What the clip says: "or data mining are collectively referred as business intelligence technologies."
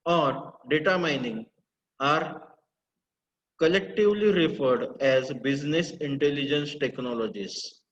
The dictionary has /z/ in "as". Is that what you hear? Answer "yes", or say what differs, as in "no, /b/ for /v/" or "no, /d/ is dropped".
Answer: yes